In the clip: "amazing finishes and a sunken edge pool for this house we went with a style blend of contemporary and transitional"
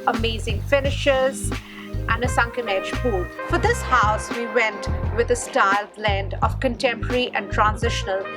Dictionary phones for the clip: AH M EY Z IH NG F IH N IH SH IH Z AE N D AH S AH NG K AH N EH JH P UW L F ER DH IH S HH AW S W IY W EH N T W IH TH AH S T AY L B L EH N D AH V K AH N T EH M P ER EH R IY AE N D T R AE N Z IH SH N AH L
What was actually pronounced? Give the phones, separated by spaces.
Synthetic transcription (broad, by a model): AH M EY Z IH NG F IH N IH SH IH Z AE N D AH S AH NG K AH N EH JH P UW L F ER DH IH S HH AW S W IY W EH N T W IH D AH S T AY L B L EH N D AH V K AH N T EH M P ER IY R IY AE N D T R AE N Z IH SH N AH L